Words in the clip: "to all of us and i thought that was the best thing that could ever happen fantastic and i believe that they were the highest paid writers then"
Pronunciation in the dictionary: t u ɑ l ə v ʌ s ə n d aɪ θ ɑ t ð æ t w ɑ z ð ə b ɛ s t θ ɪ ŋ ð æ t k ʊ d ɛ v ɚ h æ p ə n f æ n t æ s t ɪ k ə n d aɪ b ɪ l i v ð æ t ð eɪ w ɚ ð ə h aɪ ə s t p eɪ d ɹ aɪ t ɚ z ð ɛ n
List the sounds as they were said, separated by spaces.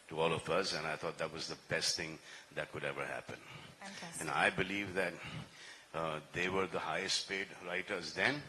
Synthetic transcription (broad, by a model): t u ɑ l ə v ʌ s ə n aɪ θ ɑ t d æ t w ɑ z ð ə b ɛ s t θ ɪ ŋ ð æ t k ʊ d ɛ v ɚ h æ p ə n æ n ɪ ə b ɪ l i v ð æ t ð eɪ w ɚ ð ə h aɪ ə s t p eɪ d ɹ aɪ t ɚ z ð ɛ n